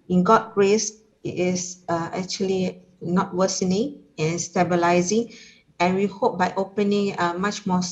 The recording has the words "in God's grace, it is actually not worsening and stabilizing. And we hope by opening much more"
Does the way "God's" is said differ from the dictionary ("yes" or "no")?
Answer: yes